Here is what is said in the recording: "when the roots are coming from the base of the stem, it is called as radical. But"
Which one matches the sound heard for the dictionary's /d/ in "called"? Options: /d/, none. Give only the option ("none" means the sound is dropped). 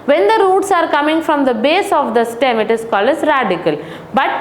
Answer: none